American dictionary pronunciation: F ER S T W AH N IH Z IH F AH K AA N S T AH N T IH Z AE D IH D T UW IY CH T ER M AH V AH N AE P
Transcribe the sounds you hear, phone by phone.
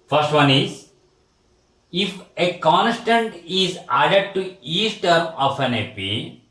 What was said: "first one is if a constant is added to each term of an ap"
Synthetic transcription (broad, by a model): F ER S T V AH N IH Z IH F AH K AA N S T AH N T IH Z AE D IH D T UW IY S T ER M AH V AH N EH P